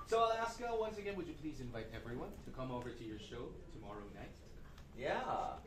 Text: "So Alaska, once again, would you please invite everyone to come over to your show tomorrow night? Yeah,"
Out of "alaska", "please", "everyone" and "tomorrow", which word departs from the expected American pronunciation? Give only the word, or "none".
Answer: none